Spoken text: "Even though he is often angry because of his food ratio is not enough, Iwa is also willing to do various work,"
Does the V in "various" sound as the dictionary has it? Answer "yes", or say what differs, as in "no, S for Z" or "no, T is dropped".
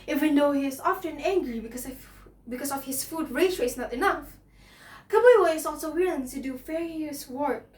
no, F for V